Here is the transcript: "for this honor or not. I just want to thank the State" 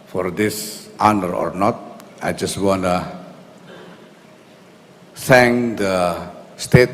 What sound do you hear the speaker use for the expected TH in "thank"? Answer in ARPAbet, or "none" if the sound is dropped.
S